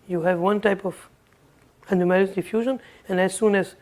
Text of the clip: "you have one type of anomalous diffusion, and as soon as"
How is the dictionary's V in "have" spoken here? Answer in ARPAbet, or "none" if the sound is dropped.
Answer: V